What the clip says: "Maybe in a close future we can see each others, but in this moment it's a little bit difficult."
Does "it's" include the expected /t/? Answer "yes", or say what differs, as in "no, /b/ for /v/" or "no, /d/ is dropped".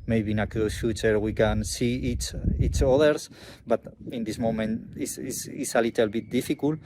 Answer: no, /s/ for /t/